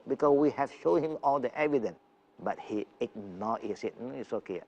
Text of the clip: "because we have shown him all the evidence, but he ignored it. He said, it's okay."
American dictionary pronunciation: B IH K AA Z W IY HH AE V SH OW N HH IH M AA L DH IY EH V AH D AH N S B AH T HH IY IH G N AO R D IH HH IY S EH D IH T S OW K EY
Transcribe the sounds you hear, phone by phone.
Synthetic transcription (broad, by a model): B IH K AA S W IY HH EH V SH OW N HH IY M AA L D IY EH V AH D AH N S B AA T HH IY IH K N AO IH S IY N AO IH T S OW K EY